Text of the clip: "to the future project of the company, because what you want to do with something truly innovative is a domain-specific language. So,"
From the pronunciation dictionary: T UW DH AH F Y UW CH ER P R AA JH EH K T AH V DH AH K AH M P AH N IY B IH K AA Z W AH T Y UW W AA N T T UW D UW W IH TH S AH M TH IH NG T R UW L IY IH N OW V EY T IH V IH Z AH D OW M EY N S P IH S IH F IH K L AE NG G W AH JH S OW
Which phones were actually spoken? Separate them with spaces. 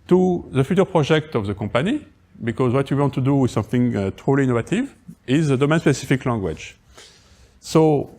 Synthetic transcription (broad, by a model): T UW DH AH F Y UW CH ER P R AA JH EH K T AH V DH AH K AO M P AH N IY B IH K AA Z W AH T Y UW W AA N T T UW D UW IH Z S AH M TH IH NG T R UW L IY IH N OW V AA T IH V IH Z AH D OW M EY N S P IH S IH F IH K L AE NG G W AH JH S OW